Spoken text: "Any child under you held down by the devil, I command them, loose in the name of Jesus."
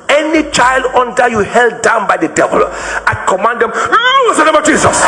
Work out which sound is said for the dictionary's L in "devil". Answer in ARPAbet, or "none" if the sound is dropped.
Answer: L